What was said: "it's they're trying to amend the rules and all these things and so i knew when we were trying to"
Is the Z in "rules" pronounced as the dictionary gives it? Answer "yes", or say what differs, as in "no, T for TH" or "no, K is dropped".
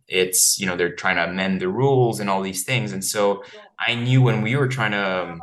yes